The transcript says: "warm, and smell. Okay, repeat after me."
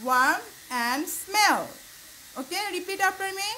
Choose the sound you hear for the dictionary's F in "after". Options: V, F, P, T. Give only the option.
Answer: P